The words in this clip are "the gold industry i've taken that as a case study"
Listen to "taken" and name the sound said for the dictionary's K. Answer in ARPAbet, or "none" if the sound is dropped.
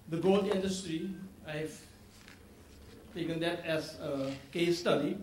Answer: K